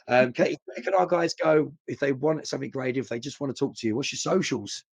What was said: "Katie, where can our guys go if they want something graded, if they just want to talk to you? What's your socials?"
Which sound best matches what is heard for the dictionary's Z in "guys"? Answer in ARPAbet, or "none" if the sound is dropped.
Z